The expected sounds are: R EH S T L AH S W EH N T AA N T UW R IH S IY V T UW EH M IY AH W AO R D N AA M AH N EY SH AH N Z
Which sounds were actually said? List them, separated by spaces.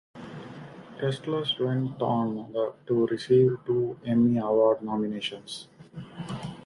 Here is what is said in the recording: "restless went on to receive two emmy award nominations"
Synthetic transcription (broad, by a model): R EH S T L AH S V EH N T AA N T UW R IH S IY V T UW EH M IY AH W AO R D N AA M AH N EY SH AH N S